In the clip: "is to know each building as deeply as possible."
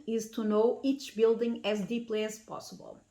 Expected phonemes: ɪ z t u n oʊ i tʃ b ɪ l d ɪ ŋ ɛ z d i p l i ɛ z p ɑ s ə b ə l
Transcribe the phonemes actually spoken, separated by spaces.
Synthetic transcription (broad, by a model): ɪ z t u n oʊ i tʃ b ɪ l d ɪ ŋ ɛ z d i p l i ɛ z p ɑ s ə b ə l